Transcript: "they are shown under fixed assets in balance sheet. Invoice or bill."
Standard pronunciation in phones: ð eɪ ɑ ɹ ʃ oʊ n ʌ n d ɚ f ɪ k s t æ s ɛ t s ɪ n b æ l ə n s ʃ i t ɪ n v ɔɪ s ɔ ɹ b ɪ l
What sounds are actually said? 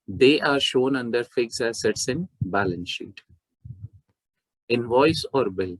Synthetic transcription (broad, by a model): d eɪ ɑ ɹ ʃ oʊ n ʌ n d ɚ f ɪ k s æ s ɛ t s ɪ n b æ l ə n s ʃ i t ɪ n v ɔɪ s ɔ ɹ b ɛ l